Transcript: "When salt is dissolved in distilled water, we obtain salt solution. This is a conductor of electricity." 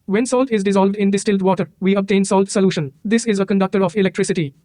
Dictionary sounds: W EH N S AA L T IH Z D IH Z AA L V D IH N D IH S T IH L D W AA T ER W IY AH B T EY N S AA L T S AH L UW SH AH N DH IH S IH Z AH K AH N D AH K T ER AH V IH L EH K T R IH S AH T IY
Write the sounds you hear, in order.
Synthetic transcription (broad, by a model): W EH N S AA L T IH Z D IH Z AA L V D IH N D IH S T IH L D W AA T ER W IY AH B T EY N S AA L T S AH L UW SH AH N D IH S IH Z AH K AH N D AH K T ER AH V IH L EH K T R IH S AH T IY